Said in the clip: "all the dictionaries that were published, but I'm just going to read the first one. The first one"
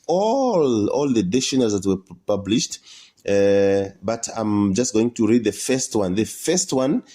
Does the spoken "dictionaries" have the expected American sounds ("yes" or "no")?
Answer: no